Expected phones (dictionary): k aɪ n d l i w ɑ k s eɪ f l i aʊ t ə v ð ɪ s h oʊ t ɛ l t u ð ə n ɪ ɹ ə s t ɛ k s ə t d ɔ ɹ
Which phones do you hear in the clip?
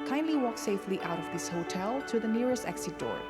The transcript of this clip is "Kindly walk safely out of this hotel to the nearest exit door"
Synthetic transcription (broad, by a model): k aɪ n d l i w ɑ k s eɪ f l i aʊ t ə v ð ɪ s h oʊ t ɛ l t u ð ə n ɪ ɹ ə s t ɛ k s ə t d ɔ ɹ